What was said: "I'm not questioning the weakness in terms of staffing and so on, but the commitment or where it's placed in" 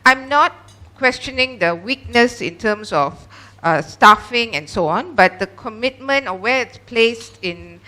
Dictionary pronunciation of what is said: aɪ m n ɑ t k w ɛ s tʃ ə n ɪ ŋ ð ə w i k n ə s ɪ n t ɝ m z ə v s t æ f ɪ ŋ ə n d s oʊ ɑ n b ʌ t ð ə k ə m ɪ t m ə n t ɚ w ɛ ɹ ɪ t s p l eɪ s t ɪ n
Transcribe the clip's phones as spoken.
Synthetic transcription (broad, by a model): aɪ m n ɑ t k w ɛ s tʃ ə n ɪ ŋ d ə w i k n ə s ɪ n t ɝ m s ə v s t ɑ f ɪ ŋ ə n s oʊ ɑ n b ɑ t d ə k ə m ɪ t m ə n t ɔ w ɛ ɪ t s p l eɪ s t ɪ n